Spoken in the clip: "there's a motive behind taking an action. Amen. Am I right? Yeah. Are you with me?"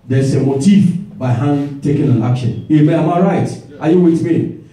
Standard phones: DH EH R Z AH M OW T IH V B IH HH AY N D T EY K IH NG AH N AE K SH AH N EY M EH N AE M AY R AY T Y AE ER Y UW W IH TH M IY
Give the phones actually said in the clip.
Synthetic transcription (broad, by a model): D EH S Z AH M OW T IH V B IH HH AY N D T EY K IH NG AH N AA K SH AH N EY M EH AA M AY R AY T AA Y UW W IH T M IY